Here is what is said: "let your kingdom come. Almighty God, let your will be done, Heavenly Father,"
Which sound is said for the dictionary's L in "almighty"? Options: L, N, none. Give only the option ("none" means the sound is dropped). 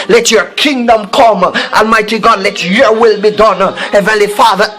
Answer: L